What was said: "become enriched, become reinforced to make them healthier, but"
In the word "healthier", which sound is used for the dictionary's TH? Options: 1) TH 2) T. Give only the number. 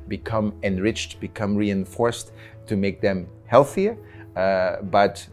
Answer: 1